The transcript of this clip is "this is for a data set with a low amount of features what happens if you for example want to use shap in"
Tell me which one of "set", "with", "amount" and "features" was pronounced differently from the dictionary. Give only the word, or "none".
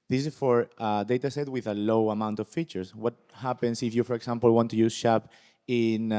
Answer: features